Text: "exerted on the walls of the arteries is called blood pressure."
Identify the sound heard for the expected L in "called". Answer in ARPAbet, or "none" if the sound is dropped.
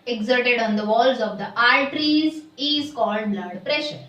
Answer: L